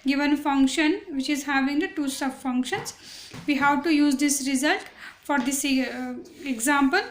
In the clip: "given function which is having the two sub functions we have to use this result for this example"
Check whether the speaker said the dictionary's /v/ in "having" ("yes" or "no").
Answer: yes